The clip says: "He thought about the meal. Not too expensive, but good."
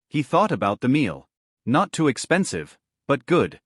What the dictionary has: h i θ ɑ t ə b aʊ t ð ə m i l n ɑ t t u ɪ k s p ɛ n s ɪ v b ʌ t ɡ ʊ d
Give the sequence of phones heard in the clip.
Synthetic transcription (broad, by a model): h i θ ɑ t ə b aʊ t ð ə m i l n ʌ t t u ɪ k s p ɛ n s ɪ v b ʌ t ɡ ʊ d